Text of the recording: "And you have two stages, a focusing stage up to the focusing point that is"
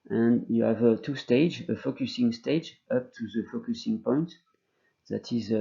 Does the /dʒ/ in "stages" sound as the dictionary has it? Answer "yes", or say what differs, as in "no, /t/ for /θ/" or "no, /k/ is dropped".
no, /dʒ/ is dropped